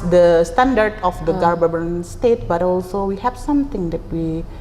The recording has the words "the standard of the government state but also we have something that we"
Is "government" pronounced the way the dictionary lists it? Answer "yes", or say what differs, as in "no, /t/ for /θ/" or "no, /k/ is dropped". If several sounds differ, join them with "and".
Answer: no, /b/ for /v/